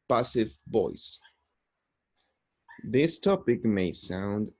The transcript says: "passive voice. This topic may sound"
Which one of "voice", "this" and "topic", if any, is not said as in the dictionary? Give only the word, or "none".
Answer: voice